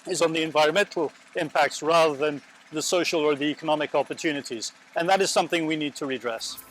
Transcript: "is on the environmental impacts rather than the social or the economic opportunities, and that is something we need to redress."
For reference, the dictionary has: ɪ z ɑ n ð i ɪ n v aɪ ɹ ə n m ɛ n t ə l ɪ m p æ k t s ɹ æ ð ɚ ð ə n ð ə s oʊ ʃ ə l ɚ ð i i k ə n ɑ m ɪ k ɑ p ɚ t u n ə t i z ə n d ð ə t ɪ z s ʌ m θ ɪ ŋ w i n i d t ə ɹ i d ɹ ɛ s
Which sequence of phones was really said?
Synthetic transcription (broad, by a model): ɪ z n ð i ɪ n v aɪ ɹ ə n m ɛ n t l ɪ m p æ k t s ɹ æ ð ɚ ð ə n ð ə s oʊ ʃ l ɚ ð i i k ə n ɑ m ɪ k ɑ p ɚ t u n ə t i z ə n ð ə t ɪ z s ʌ m θ ɪ ŋ w i n i d t ə ɹ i d ɹ ɛ s